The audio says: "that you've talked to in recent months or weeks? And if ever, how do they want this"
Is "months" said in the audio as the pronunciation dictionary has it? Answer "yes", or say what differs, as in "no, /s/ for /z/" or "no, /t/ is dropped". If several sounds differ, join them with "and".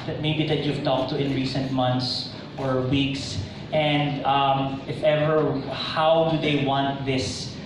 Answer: no, /t/ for /θ/